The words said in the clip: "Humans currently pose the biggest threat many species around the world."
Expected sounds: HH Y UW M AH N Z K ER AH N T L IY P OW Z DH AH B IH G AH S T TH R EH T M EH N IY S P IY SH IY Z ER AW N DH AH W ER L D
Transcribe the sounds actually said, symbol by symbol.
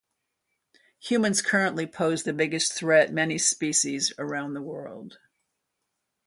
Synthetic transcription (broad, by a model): HH Y UW M AH N Z K ER AH N T L IY P OW Z DH AH B IH G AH S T TH R EH T M EH N IY S P IY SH IY Z ER AW N DH AH W ER L D